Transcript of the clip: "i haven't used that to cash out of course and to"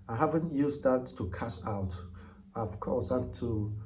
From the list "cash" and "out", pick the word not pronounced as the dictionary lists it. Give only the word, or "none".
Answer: cash